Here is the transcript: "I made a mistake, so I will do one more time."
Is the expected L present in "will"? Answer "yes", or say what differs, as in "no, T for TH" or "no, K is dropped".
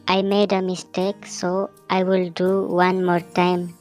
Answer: yes